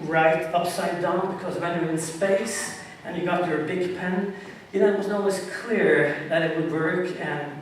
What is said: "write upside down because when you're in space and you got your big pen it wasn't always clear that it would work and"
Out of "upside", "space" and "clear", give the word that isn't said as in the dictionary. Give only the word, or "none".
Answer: none